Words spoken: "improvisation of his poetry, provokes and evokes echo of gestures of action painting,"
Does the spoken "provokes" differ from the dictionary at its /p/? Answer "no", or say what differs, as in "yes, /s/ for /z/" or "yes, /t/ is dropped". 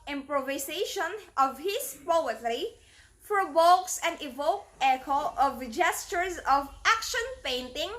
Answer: yes, /f/ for /p/